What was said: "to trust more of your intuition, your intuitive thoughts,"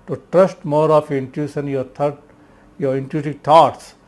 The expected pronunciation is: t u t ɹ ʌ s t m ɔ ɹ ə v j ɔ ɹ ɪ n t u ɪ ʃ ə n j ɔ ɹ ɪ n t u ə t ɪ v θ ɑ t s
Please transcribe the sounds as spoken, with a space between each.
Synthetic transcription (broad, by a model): t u t ɹ ʌ s t m ɔ ɹ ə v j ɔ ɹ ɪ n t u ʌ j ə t j ɔ ɹ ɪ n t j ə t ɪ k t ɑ t s